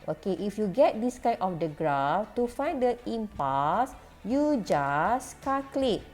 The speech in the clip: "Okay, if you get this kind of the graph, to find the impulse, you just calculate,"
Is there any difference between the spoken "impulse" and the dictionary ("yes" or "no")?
yes